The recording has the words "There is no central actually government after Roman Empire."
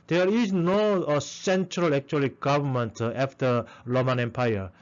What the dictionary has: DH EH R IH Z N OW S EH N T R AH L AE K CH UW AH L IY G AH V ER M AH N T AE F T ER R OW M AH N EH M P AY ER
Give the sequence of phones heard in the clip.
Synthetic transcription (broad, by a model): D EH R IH S N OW S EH N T R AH L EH K CH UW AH L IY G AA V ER M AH N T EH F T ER L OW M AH N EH M P AY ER